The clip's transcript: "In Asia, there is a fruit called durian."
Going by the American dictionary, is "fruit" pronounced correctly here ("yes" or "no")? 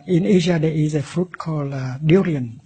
yes